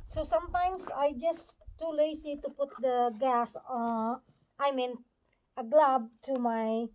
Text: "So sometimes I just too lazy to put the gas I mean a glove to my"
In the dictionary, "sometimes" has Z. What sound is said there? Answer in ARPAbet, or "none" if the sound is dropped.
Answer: S